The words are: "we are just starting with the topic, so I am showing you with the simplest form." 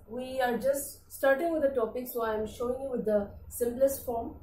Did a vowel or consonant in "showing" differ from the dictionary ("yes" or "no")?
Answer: no